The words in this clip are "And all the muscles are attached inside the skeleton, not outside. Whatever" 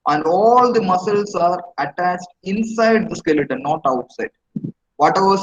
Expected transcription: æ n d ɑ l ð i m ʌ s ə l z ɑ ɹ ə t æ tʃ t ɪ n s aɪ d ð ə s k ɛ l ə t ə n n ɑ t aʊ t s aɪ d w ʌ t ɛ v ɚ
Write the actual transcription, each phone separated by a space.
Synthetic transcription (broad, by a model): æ n d ɑ l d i m ʌ s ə l s ɑ ɹ ə t æ tʃ t ɪ n s aɪ d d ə s k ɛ l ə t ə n n ɑ t aʊ t s aɪ d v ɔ t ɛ v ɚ